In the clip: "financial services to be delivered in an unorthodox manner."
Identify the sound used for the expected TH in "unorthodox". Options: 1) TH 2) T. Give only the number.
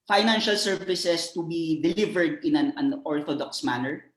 2